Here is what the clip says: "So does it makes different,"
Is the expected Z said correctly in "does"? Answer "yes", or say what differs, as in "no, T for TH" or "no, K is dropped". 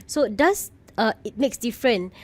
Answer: no, S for Z